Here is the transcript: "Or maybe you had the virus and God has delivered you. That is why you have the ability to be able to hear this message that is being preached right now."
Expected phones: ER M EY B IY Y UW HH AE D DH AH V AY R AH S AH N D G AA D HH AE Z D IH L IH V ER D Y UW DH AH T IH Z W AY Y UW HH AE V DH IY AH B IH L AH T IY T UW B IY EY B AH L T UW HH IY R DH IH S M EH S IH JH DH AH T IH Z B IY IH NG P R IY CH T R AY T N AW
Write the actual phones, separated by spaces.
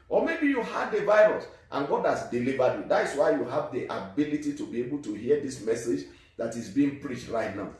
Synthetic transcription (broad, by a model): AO M EY B IY Y UW HH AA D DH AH V AY R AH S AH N G AA D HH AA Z D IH L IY V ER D Y UW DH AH T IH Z W AY Y UW HH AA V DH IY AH B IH L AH T IY T UW B IY EY B AH L T UW HH IY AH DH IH S M EH S IH JH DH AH T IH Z B IY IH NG P R IY CH T R AY T N AW